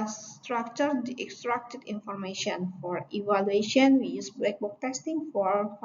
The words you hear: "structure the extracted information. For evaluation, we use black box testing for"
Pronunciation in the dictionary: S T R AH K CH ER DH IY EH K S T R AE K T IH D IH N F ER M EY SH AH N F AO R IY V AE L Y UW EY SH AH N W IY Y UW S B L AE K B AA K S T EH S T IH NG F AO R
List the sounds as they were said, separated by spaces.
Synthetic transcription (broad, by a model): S T R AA K CH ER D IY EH K S T R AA K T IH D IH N F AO M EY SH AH N F AO R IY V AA L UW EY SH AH N W IY Y UW S B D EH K B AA K T EH S T IH NG F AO R